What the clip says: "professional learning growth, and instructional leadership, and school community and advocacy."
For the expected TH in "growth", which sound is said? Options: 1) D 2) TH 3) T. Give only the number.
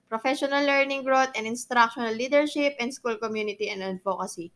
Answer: 3